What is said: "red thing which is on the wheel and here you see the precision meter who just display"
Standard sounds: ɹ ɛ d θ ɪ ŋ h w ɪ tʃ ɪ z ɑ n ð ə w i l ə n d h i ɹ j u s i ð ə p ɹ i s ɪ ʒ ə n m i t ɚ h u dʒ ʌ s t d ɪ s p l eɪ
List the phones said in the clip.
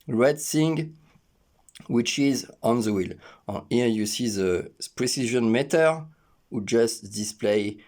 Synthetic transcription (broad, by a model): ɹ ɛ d s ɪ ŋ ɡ w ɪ tʃ ɪ z ɑ n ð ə w i l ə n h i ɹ j u s i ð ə p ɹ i s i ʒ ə n m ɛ t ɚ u dʒ ʌ s t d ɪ s p l eɪ